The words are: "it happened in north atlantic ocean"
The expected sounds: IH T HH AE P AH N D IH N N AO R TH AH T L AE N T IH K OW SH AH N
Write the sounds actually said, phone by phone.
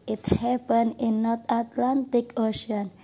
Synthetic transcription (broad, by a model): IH T HH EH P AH N IH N N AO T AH T L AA N T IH K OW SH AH N